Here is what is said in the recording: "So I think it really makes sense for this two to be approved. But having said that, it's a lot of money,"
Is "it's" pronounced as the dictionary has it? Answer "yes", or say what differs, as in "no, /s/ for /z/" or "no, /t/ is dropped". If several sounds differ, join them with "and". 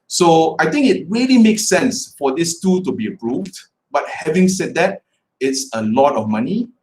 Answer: yes